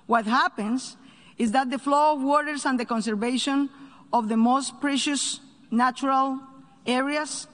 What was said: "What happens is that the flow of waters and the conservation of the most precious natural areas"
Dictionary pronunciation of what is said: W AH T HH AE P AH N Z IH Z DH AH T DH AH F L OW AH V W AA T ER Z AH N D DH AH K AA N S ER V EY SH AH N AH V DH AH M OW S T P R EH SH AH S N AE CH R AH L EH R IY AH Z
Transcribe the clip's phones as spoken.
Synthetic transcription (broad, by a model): W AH T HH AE P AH N S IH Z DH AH T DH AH F L OW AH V W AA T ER S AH N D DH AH K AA N S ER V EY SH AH N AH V DH AH M OW S T P R EH SH AH S N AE CH R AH L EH R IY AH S